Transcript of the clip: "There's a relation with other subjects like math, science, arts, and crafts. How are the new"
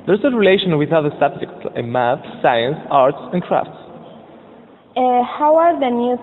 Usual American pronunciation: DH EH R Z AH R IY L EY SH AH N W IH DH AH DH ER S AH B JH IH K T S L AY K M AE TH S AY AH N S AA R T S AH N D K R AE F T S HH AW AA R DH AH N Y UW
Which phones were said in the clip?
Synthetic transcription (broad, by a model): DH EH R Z AH R IY L EY SH AH N W IH DH AH DH ER S AH B JH IH K T S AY M AE TH S AY AH N S AA R T S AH N K R AE F T S HH AW AA R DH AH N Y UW